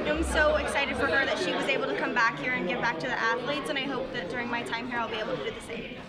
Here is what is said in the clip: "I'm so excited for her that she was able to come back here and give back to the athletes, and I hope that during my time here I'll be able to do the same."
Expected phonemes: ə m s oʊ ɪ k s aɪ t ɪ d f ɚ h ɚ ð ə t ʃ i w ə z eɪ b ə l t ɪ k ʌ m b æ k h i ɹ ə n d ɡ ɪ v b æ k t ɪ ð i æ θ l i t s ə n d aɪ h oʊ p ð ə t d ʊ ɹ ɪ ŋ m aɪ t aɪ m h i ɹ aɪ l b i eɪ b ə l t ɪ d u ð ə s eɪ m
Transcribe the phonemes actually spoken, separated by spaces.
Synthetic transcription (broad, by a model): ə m s oʊ ɪ k s aɪ t ɪ d f ɚ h ɚ ð ə t ʃ i w ə z eɪ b l t ɪ k ʌ m b æ k h i ɹ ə n ɡ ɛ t b æ k t ɪ ð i æ θ l i t s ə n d aɪ h oʊ p ð ə t d ʊ ɹ ɪ ŋ m aɪ t aɪ m h i ɹ aɪ l b i eɪ b l t ɪ d u ð ə s eɪ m